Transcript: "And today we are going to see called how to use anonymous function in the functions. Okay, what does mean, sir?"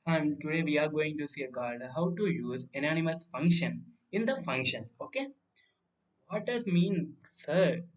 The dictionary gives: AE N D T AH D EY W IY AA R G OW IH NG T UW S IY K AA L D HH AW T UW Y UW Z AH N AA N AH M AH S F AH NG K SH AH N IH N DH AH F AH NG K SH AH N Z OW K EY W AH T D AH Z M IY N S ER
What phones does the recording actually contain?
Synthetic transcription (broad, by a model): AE N D T AH D EY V IY AA R G OW IH NG T UW S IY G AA D HH AW T UW Y UW Z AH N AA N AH M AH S F AH NG K SH AH N IH N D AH F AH NG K SH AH N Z OW K EY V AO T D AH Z M IY N S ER